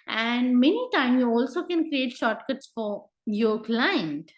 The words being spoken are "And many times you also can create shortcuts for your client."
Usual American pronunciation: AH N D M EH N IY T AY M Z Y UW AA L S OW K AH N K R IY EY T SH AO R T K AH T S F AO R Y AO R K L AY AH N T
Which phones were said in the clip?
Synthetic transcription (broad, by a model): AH N D M EH N IY T AY M Y UW AA L S OW K AH N K R IY EY T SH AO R T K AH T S F AO R Y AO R K L AY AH N T